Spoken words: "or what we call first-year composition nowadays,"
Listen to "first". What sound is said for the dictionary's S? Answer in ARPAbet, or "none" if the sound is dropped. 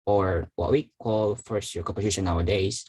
S